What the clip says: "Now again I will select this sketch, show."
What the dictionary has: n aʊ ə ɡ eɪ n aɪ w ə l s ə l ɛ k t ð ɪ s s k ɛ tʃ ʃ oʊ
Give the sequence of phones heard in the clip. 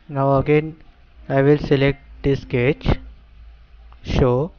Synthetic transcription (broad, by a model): n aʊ ə ɡ eɪ n aɪ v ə l s ə l ɛ k t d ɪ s s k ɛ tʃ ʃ oʊ